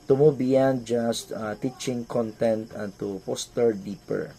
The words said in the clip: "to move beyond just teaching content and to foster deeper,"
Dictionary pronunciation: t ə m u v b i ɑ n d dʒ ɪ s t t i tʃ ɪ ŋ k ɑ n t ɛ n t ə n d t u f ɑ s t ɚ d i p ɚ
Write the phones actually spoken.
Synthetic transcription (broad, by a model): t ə m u b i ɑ n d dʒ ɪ s t t i tʃ ɪ ŋ k ɑ n t ɛ n t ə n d t u p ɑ s t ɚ d i p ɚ